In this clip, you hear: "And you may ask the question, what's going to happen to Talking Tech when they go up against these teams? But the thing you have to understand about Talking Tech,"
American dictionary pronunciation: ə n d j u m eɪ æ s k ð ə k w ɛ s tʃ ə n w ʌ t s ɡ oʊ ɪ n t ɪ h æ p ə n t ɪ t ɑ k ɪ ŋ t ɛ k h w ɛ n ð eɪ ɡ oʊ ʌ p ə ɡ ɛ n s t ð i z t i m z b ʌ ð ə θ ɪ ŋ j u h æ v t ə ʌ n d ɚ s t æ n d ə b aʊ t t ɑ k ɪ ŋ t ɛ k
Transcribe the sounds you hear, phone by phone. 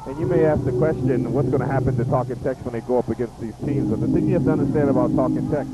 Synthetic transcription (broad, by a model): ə n j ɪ m eɪ æ s k ð ə k w ɛ s tʃ ə n w ʌ t s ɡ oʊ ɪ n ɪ h æ p ə n t ɪ t ɑ k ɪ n t ɛ k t w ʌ n ð eɪ ɡ oʊ ʌ p ə ɡ ɛ n s t ð i z t i m z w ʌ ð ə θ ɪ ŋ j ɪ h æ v t ə ʌ n d ɚ s t æ n d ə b aʊ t t ɑ k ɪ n t ɛ k